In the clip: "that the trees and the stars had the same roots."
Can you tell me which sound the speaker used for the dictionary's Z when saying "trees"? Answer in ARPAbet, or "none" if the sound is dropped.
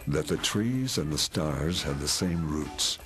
Z